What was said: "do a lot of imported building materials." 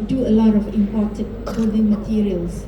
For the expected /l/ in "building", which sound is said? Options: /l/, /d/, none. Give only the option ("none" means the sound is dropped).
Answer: none